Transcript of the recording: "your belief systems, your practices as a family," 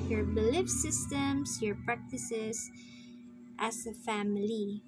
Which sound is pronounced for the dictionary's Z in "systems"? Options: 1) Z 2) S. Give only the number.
2